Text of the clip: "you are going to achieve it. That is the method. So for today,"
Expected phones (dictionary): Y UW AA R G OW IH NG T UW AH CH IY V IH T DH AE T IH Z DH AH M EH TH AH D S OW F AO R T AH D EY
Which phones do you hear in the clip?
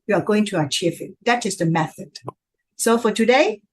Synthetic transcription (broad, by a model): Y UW AA R G OW IH NG T UW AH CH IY F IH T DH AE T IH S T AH M EH TH AH D S OW F AO R T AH D EY